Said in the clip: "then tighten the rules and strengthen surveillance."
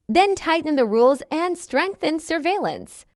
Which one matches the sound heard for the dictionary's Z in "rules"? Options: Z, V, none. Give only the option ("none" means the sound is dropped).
Z